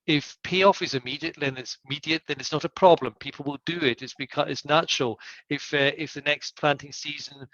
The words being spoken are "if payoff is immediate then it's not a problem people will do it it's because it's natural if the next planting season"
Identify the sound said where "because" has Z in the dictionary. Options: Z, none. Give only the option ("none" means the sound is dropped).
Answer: none